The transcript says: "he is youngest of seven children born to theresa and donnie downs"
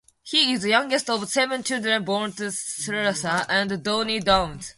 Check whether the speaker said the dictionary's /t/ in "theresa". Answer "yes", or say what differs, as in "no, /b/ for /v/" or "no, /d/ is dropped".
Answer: no, /s/ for /t/